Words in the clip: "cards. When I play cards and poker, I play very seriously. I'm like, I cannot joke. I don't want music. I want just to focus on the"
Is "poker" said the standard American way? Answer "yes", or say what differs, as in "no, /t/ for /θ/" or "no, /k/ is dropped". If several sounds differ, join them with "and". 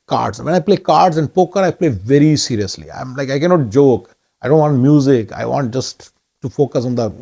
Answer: yes